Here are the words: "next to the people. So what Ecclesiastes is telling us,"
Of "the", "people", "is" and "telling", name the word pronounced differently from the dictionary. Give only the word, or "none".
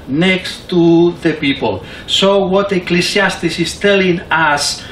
is